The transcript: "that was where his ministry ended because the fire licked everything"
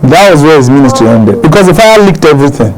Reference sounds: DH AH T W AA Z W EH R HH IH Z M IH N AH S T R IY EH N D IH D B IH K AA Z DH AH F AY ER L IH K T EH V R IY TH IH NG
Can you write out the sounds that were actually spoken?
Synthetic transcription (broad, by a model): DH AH T W AA Z W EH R HH IH Z M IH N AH S T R IY EH N D IH D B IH K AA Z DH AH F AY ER L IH K T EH V R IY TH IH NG